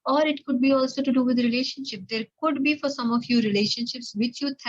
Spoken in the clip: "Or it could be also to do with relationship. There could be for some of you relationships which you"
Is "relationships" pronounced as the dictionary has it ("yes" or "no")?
yes